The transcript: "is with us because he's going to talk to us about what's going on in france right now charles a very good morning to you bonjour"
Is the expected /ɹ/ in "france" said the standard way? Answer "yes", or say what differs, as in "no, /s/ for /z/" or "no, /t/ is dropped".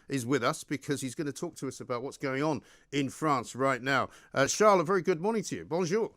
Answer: yes